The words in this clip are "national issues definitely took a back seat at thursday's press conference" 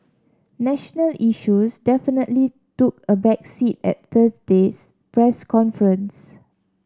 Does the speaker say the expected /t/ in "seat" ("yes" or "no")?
yes